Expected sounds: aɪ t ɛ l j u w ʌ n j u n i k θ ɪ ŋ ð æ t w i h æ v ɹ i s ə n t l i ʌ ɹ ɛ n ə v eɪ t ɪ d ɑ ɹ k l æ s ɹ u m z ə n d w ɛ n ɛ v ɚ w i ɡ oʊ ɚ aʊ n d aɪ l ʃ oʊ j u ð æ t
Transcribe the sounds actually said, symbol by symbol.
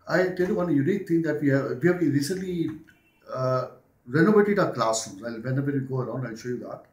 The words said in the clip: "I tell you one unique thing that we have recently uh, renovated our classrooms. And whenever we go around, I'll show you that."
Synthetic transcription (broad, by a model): aɪ t ɛ l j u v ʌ n j u n i k t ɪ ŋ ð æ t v i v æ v ɹ i s ə n t l i ɹ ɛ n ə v eɪ t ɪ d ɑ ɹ k l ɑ s u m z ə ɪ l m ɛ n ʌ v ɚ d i ɡ oʊ ɚ aʊ n d aɪ l ʃ oʊ j u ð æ t